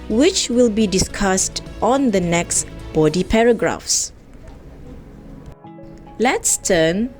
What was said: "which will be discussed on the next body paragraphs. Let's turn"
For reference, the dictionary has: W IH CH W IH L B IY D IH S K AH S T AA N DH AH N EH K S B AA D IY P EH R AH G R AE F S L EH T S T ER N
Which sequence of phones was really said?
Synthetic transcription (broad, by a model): W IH CH W IH L B IY D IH S K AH S T AA N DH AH N EH K S B AA D IY P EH R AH G R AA F S L EH T S T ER N